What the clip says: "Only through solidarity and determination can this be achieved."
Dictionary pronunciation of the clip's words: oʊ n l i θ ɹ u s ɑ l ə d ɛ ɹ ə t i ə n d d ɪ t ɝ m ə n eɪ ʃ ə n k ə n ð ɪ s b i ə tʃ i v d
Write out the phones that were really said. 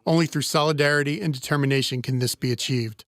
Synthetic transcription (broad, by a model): oʊ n l i θ ɹ u s ɑ l ə d ɛ ɹ ə t i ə n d d ɪ t ɝ m ə n eɪ ʃ ə n k ə n ð ɪ s b i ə tʃ i v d